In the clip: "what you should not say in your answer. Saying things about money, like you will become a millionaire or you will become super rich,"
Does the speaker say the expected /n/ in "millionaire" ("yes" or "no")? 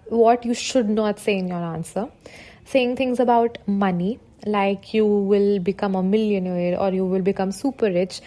yes